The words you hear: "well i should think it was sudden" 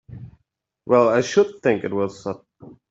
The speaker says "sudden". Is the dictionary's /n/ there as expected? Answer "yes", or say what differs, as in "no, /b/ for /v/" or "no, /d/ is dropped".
no, /n/ is dropped